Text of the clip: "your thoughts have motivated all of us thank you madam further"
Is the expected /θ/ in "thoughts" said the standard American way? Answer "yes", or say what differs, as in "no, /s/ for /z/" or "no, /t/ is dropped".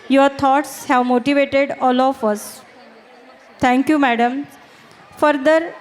no, /t/ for /θ/